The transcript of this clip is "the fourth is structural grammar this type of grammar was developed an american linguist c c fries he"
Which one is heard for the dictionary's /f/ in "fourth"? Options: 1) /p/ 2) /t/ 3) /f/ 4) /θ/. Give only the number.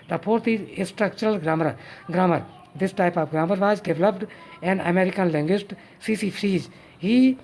1